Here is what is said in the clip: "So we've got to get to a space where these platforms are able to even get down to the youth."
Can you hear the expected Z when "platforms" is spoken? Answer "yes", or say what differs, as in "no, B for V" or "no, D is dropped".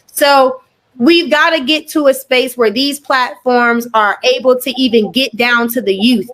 yes